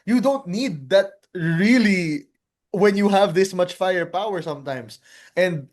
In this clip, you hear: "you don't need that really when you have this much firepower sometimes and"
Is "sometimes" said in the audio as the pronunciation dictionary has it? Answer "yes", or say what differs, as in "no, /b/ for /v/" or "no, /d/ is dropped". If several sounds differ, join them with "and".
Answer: no, /s/ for /z/